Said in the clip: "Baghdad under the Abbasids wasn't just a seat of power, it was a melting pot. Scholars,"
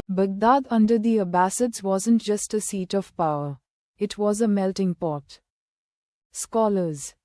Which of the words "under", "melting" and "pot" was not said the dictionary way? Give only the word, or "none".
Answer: none